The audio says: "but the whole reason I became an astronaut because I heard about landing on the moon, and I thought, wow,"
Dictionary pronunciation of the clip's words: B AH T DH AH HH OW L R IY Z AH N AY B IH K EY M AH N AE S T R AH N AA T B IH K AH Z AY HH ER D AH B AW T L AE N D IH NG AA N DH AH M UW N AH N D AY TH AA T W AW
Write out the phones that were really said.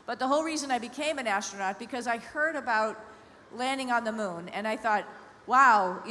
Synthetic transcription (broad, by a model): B AH T DH AH HH OW L R IY Z AH N AY B IH K EY M AH N AE S T R AH N AA T B IH K AH Z AY HH ER D AH B AW T L AE N D IH NG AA N DH AH M UW N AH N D AY TH AA T W AW